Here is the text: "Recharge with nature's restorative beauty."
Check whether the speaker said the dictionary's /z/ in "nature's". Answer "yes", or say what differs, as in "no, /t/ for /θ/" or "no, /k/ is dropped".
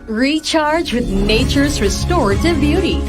yes